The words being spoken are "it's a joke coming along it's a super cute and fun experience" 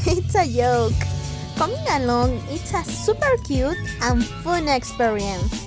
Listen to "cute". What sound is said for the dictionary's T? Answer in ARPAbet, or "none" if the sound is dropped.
T